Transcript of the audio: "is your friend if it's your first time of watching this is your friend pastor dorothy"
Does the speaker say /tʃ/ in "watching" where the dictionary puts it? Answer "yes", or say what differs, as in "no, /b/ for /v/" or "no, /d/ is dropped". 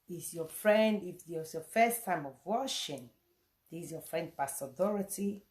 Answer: no, /ʃ/ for /tʃ/